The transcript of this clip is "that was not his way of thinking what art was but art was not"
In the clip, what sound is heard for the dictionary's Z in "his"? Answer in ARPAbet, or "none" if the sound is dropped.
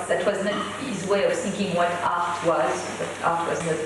Z